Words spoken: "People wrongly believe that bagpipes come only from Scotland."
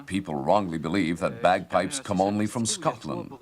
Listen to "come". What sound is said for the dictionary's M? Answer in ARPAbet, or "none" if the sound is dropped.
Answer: M